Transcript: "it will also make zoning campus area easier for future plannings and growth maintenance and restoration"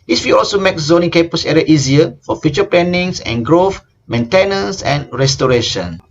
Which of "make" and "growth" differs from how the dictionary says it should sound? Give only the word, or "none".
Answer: growth